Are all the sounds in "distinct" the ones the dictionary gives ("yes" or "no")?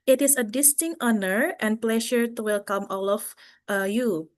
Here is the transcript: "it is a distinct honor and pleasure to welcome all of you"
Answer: no